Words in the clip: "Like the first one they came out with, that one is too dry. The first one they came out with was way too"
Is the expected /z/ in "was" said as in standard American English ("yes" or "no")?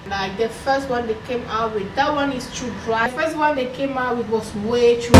no